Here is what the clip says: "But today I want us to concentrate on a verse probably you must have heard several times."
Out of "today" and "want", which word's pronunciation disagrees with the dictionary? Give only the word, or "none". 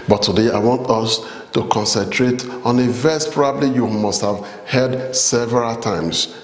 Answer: none